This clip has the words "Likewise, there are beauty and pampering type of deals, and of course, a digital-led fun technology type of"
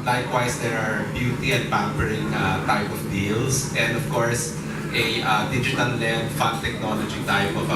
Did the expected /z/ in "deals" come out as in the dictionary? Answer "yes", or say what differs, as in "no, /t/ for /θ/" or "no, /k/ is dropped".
no, /s/ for /z/